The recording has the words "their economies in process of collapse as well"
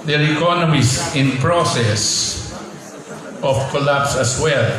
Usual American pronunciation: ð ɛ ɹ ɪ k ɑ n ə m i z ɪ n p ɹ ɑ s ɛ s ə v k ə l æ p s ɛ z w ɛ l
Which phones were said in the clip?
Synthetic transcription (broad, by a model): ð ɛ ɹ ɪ k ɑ n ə m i s ɪ n p ɹ ɑ s ɛ s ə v k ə l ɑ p s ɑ s w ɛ l